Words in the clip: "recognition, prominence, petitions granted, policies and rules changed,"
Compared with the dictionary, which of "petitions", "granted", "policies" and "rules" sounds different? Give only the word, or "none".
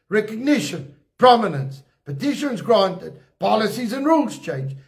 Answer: none